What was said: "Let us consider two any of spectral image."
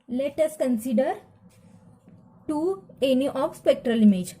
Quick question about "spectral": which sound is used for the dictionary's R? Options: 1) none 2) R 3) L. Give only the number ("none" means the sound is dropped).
2